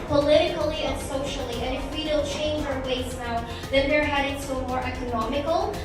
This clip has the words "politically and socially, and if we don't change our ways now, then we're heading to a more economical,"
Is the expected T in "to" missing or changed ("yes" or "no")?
yes